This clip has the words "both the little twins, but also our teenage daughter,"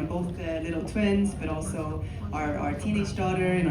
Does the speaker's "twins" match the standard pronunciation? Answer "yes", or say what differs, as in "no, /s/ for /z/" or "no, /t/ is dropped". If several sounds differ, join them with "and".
yes